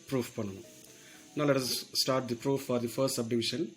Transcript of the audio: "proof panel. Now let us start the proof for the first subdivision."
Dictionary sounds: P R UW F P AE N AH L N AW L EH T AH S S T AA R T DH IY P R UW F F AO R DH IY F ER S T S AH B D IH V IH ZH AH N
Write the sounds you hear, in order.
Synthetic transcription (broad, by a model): P R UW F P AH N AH N N AW L EH T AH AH S T AA R T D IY P R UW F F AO R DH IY F ER S T S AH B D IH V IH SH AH N